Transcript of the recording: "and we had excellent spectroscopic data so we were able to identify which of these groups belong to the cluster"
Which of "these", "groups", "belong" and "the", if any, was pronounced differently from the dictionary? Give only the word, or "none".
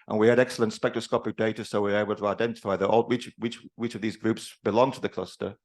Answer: none